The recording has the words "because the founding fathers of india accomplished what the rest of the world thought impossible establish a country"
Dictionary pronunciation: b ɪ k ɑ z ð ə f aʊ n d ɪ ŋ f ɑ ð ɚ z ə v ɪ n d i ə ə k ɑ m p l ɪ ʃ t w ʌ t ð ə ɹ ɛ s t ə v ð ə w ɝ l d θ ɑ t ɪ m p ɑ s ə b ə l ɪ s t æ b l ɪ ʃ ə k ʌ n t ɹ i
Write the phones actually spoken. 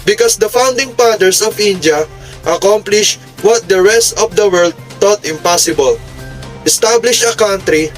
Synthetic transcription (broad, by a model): b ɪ k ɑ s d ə f aʊ n d ɪ ŋ p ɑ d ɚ s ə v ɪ n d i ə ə k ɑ m p l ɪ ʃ w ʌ t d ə ɹ ɛ s t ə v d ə w ɝ l d t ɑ t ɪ m p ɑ s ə b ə l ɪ s t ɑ b l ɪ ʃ ə k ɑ n t ɹ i